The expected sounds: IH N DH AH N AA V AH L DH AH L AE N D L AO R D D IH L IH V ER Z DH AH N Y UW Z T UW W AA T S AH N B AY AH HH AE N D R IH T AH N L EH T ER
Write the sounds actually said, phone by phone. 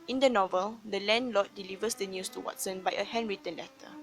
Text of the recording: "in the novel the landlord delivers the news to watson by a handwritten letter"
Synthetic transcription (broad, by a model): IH N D AH N AA V AH L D AH L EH N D L AO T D D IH L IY V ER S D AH N Y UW S T UW W AA T S AH N B AY AH HH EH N R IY T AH N L EH T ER